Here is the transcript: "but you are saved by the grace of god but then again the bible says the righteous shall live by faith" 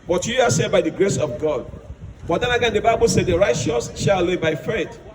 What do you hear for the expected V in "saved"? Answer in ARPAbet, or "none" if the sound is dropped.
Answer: none